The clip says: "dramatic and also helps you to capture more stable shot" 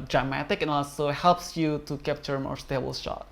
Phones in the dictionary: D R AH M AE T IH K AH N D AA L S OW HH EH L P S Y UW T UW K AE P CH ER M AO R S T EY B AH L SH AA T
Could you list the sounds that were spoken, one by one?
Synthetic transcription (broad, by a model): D R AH M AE T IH K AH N AA L S OW HH EH L P S Y UW T UW K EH P CH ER M AO R S T EY B AH L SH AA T